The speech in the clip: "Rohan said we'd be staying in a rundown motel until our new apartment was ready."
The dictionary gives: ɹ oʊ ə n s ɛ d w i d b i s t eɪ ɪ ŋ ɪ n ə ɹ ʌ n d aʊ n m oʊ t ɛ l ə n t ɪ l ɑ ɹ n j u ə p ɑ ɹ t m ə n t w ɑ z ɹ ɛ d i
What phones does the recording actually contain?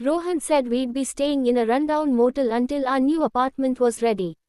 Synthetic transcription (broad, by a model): ɹ oʊ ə n s ɛ d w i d b i s t eɪ ɪ ŋ ɪ n ə ɹ ʌ n d aʊ n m oʊ t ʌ l ə n t ɪ l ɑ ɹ n j u ə p ɑ ɹ t m ə n t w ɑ z ɹ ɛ d i